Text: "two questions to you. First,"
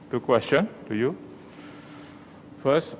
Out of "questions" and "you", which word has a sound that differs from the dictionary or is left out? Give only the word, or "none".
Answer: questions